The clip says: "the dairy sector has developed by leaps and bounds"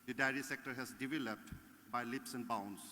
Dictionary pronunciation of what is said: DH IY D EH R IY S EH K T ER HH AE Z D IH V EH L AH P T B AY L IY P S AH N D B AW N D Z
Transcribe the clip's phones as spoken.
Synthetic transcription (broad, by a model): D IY D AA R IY S EH K T ER HH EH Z D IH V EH L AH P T B AY L IY P S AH N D B AW N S